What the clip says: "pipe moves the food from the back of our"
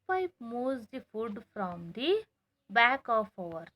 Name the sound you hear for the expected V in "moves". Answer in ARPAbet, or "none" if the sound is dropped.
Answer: none